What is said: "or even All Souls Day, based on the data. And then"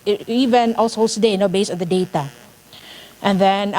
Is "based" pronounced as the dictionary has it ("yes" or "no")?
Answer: no